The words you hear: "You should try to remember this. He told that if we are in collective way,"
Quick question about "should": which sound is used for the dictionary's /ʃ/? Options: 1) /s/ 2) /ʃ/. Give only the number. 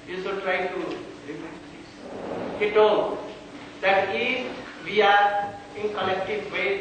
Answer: 1